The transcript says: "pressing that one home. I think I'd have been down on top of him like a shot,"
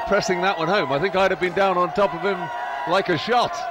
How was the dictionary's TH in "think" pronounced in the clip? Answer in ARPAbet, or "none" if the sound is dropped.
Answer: TH